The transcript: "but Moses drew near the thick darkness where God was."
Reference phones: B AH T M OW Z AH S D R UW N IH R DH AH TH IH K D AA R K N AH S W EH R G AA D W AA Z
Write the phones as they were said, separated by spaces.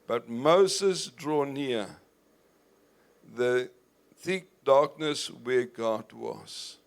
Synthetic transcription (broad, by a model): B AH T M OW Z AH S D R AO N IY DH AH TH IH K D AA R K N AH S W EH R G AA D W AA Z